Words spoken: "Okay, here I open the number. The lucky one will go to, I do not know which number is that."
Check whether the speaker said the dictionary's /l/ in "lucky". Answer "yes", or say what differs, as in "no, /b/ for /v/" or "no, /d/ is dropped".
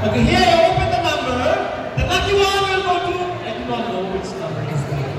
no, /n/ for /l/